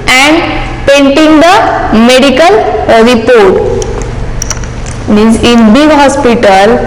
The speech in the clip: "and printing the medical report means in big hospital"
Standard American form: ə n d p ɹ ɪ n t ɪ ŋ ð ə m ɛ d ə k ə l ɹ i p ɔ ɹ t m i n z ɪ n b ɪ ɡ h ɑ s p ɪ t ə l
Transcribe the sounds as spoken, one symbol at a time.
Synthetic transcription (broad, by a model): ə n d p ɛ n t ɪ ŋ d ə m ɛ d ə k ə l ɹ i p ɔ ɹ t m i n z ɪ n b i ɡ h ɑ s p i t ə l